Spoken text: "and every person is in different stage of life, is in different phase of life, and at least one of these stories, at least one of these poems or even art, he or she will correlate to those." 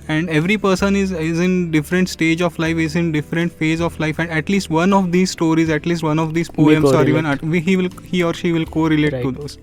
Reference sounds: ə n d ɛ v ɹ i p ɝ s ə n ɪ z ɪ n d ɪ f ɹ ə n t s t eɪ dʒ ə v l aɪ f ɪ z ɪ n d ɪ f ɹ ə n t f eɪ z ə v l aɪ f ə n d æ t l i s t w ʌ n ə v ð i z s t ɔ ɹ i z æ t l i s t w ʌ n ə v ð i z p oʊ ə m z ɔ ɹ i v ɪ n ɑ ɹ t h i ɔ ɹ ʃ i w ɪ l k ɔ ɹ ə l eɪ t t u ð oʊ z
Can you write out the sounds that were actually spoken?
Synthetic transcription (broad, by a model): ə n d ɛ v ɹ i p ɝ s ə n ɪ z ɪ n d ɪ f ɹ ə n t s t eɪ dʒ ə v l aɪ f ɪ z ɪ n d ɪ f ɹ ə n t f eɪ z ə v l aɪ f ə n d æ t l i s t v ʌ n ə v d i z s t ɔ ɹ i z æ t l i s t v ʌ n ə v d i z p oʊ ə m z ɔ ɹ i v ɪ n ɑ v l h i ɔ ɹ ʃ i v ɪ l k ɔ ɹ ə l eɪ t t u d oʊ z